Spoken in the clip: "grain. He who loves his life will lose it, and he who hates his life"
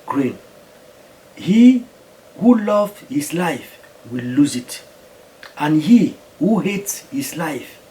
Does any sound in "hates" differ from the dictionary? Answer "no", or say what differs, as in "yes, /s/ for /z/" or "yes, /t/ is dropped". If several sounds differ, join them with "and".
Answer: no